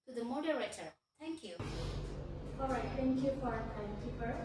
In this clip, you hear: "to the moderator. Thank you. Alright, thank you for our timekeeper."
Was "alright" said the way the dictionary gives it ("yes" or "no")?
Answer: no